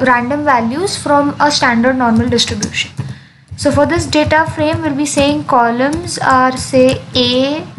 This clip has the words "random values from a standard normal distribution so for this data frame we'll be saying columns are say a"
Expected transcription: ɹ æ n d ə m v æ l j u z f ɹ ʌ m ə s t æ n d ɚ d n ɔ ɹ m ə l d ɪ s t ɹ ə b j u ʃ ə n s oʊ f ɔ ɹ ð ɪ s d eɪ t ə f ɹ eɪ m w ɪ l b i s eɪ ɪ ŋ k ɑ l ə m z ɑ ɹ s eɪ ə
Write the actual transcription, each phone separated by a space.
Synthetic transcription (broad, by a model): ɹ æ n d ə m v æ l j u z f ɹ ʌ m ə s t æ n d ɚ d n ɔ ɹ m ə l d ɪ s t ɹ ə b j u ʃ ə n s oʊ f ɔ ɹ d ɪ s d eɪ t ə f ɹ eɪ m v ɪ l b i s eɪ ɪ ŋ k ɑ l ə m z ɑ ɹ s eɪ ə